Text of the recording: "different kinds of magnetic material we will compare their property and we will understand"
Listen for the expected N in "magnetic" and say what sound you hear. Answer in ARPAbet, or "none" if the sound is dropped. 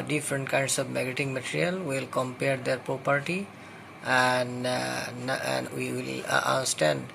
none